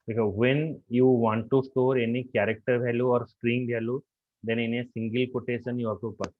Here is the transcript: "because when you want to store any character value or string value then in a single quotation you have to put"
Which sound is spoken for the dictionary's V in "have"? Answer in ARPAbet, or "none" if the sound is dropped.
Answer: P